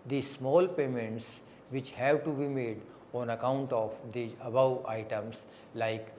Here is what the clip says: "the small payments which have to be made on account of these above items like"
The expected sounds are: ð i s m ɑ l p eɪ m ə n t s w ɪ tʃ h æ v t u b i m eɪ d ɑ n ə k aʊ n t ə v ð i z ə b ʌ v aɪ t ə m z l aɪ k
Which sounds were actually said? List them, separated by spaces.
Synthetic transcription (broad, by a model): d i s m ɑ l p eɪ m ə n t s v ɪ tʃ h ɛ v t u b i m eɪ d ɑ n ə k aʊ n t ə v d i ə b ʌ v aɪ t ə m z l aɪ k